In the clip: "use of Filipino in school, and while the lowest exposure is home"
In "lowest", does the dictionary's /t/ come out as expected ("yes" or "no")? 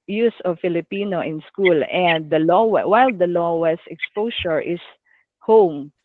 no